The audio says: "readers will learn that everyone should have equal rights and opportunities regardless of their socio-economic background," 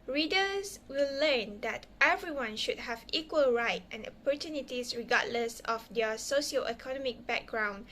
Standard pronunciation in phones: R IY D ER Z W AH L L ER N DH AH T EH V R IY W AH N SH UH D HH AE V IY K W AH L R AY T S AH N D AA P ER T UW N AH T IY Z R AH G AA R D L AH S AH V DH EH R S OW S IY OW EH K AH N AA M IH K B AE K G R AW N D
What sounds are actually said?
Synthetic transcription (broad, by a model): R IY D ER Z W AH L L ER N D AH T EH V R IY W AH N SH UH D HH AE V IY K W AH L R AY T AH N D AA P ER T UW N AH T IY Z R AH G AA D L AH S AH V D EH S OW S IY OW EH K AH N AA M IH K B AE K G R AW N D